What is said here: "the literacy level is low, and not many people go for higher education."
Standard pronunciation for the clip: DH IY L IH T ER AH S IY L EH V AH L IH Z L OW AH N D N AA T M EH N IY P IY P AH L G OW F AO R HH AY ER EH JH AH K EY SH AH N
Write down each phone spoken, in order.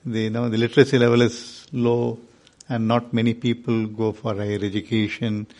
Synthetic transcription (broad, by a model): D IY L IH T ER AH S IY L EH V AH L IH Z L OW AH N D N AA T M EH N IY P IY P AH L G OW F AO R HH AY ER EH JH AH K EY SH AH N